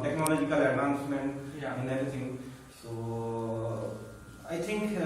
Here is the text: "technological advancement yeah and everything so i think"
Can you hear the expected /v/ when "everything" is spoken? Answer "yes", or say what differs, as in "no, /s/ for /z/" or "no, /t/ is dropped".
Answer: no, /v/ is dropped